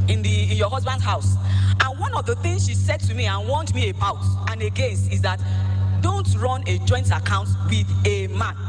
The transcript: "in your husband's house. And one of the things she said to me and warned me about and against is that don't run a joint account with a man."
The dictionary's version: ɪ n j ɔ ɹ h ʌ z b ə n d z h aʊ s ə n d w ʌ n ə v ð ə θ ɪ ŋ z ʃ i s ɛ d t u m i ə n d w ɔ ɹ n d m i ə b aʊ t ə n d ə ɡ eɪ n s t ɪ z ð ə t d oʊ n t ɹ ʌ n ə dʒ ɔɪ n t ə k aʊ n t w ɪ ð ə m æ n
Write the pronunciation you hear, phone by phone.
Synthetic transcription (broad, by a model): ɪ n j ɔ h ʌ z b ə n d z h aʊ s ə n w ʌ n ə v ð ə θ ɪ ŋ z ʃ i s ɛ d t u m i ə n w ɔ n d m i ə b aʊ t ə n ə ɡ eɪ n s t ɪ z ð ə t d oʊ n t ɹ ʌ n ə dʒ ɔɪ n t ə k aʊ n t w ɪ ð ə m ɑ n